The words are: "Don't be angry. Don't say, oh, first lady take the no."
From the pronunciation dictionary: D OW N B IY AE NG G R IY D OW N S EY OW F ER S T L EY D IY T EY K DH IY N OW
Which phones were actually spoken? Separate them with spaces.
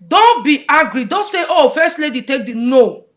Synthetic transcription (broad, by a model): D OW N B IY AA G R IY D OW N S EY OW F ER S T L EY D IY T EY K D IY N OW